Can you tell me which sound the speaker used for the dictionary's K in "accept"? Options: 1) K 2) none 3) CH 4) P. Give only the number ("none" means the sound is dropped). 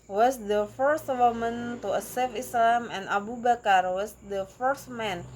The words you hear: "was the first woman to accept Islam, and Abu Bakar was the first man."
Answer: 2